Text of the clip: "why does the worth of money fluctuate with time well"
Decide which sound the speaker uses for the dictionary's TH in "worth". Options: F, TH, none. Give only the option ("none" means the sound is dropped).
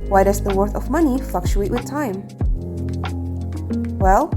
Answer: TH